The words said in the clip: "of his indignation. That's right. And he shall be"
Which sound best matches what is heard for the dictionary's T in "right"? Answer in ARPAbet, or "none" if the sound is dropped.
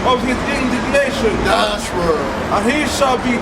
none